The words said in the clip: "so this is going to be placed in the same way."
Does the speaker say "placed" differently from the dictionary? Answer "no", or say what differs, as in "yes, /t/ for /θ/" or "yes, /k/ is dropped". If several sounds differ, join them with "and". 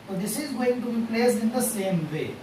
yes, /t/ is dropped